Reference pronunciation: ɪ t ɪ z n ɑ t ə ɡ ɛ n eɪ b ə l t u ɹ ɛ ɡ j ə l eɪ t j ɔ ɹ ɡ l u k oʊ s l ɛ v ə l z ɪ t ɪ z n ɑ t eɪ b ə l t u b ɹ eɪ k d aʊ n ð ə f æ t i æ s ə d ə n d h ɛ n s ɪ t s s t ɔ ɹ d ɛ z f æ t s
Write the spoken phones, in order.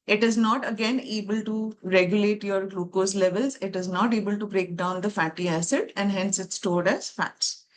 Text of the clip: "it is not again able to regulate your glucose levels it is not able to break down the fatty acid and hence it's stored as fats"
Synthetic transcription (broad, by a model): ɪ t ɪ z n ɑ t ə ɡ ɛ n eɪ b ə l t u ɹ ɛ ɡ j ə l eɪ t j ɔ ɹ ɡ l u k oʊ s l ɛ v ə l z ɪ t ɪ z n ɑ t eɪ b ə l t u b ɹ eɪ k d aʊ n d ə f æ t i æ s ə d ə n d h ɛ n s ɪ t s s t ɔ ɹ d ɛ z f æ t s